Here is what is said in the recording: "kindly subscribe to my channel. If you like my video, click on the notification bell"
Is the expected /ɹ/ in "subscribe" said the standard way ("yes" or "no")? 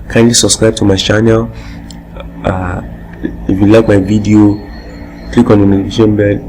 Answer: yes